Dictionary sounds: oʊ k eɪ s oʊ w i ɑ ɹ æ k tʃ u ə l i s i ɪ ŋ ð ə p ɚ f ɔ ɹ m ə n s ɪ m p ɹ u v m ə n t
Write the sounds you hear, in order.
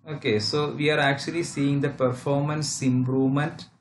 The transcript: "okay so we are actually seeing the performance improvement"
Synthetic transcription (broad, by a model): oʊ k eɪ s oʊ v i ɑ ɹ æ k tʃ u ə l i s i ɪ ŋ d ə p ɚ f ɔ ɹ m ə n s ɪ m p ɹ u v m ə n t